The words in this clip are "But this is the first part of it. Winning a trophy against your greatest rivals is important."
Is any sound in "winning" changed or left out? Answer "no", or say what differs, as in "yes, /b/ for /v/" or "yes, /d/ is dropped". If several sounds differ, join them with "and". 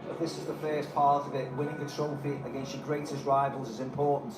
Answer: yes, /l/ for /n/